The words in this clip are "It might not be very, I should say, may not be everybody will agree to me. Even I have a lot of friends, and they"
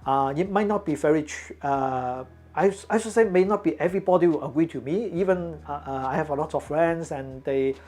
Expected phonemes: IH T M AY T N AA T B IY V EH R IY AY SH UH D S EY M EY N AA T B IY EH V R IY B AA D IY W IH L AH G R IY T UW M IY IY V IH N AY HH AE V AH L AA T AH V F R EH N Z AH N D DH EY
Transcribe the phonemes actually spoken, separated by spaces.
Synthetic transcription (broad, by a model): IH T M AY T N AA T B IY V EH R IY AY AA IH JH S EY M EY N AA T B IY EH V R IY B AA D IY W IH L AH G R IY T UW M IY IY V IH N AY HH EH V AH L AA T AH F F R EH N S AH N D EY